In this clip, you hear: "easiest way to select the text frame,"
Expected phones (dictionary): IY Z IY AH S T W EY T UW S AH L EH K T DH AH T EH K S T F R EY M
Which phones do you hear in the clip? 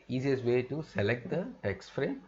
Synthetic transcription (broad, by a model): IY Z IY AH S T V EY T UW S AH L EH K T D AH T EH K S T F R EY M